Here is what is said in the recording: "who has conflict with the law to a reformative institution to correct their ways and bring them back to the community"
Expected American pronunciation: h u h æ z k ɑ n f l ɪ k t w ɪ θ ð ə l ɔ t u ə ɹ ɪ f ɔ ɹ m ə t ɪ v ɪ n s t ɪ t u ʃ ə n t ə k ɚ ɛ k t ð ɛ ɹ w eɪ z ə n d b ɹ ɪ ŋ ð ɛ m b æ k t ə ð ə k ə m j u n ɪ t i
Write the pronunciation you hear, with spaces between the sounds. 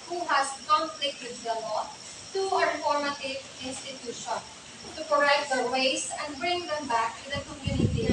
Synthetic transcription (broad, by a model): h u h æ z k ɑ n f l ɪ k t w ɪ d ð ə l ɔ t u ə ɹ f ɔ ɹ m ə t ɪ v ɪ n s t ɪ t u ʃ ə n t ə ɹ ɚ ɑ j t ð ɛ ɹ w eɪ s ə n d b ɹ ɪ ŋ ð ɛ m b æ k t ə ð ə k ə m j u n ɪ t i